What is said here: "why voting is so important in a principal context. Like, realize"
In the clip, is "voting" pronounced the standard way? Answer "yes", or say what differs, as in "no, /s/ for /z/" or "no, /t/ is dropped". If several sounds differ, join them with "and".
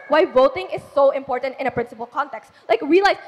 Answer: yes